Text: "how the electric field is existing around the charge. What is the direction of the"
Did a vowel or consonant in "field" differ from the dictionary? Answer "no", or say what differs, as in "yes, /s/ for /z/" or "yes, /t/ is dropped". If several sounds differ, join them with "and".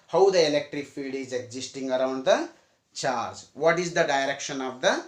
yes, /l/ is dropped